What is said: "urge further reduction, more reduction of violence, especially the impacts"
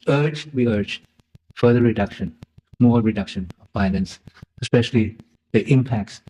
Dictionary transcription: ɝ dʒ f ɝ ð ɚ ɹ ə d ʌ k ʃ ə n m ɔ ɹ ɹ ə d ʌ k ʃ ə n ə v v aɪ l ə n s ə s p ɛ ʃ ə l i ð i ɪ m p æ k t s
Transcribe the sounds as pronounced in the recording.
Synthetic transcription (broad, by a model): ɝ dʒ f ɝ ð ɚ ɹ ə d ʌ k ʃ ə n m ɔ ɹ ɹ ə d ʌ k ʃ ə n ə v b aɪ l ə n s ə s p ɛ ʃ ə l i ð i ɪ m p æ k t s